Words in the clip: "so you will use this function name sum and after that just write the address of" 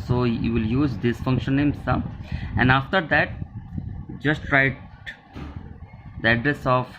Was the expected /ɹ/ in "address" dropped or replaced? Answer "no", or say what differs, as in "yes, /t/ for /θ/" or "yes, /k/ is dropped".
no